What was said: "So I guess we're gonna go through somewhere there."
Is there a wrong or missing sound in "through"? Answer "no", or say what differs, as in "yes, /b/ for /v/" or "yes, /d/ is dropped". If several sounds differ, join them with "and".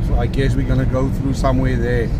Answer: no